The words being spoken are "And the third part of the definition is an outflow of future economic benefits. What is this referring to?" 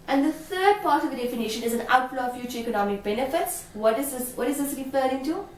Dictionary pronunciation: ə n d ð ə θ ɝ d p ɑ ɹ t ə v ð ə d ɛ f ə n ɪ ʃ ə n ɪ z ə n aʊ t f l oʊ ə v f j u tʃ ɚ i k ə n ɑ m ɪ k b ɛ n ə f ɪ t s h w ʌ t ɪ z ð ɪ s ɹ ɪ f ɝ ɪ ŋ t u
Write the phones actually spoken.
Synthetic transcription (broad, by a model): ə n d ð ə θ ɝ d p ɑ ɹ t ə v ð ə d ɛ f ə n ɪ ʃ ə n ɪ z ə n aʊ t l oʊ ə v f j u tʃ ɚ i k ə n ɑ m ɪ k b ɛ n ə f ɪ t s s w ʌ t ɪ z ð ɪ s ɹ ɪ f ɝ ɪ ŋ t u